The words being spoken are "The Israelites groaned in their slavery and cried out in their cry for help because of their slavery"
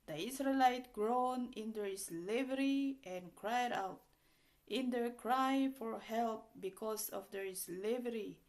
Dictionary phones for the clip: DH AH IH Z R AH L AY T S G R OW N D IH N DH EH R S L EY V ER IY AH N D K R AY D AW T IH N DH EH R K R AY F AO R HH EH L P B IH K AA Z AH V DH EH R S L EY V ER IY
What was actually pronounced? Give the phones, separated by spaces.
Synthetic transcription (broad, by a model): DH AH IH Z R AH L AY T G R OW N IH N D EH R S L EY V ER IY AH N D K R AY D AW T IH N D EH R K R AY F AO R HH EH L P B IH K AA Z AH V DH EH R S L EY V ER IY